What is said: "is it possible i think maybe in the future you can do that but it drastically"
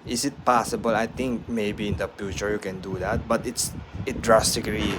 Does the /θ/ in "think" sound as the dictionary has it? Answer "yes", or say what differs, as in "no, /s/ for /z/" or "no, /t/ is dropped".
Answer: no, /t/ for /θ/